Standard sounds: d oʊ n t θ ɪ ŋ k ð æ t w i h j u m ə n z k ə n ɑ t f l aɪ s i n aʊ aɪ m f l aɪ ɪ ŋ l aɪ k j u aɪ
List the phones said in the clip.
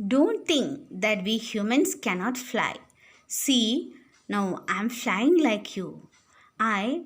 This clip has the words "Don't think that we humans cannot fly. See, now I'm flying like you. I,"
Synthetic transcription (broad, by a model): d oʊ n t t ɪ ŋ k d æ t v i h j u m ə n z k ə n ɑ t f l aɪ s i n aʊ aɪ m f l aɪ ɪ ŋ l aɪ k j u aɪ